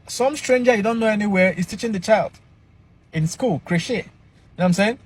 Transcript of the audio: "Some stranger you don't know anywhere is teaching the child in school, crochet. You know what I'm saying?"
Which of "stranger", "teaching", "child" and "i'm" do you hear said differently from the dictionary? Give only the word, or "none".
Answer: none